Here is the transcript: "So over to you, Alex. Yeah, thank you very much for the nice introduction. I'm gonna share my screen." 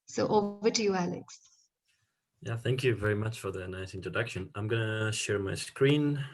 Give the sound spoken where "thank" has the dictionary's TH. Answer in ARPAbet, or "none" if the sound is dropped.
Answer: TH